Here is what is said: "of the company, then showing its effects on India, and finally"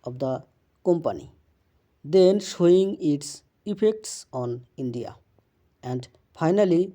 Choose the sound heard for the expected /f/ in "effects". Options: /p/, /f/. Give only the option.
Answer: /p/